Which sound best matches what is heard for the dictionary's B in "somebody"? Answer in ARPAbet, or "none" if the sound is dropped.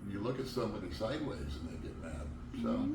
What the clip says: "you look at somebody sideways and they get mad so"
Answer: none